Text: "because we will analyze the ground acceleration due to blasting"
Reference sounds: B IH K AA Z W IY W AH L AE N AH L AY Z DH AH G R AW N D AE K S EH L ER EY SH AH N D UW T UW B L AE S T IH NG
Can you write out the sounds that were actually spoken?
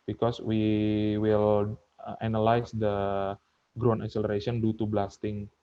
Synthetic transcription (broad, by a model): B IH K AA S W IY W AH L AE N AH L AY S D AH G R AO N EH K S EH L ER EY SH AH N D UW T UW B L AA S T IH NG